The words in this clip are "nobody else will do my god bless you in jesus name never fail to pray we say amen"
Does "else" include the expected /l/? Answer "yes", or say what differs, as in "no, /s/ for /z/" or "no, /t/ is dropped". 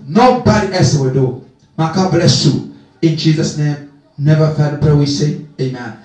no, /l/ is dropped